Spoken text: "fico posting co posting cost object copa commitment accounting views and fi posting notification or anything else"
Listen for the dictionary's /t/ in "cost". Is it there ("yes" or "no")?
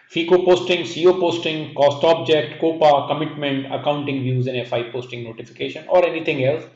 yes